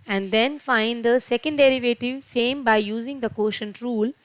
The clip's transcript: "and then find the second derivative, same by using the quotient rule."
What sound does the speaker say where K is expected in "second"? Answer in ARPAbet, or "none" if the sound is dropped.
K